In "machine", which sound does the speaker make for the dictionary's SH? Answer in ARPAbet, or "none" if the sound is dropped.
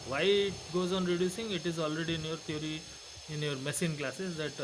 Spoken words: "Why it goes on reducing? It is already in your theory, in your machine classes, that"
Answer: S